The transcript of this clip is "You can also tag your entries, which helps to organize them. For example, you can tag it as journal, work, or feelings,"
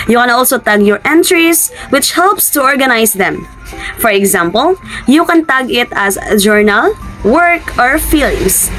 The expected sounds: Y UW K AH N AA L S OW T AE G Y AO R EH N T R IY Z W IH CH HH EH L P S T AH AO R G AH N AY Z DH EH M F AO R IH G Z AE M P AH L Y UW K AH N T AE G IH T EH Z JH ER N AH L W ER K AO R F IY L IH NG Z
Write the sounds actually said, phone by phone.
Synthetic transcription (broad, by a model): Y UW K AH N AA L S OW T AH G Y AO R EH N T R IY S W IH CH HH EH L P S T AH AO R G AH N AY S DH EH M F AO R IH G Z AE M P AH L Y UW K AH N T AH G IH T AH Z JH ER N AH L W ER K AO R F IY L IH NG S